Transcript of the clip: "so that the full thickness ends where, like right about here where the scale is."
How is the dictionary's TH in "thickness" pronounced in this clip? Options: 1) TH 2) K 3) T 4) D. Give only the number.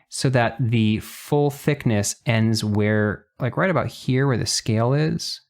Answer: 1